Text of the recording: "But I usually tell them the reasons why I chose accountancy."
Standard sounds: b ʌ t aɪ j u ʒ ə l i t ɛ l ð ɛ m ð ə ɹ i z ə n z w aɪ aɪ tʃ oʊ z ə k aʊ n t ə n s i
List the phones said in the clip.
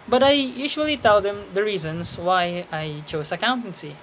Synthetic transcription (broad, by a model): b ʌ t aɪ j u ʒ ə l i t ɛ l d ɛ m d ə ɹ i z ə n s w aɪ aɪ tʃ oʊ s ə k aʊ n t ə n s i